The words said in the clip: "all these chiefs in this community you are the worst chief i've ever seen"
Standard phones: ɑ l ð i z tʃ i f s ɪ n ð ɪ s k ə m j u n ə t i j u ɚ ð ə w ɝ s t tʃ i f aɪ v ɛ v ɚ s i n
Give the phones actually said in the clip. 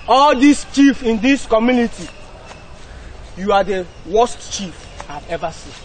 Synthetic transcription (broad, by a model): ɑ l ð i s tʃ i f ɪ n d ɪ s k ə m j u n ə t i j u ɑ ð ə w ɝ s t tʃ i f aɪ v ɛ v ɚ s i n